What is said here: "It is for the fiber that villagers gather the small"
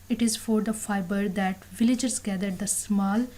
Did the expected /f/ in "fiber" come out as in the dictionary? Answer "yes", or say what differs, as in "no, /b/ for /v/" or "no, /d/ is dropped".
yes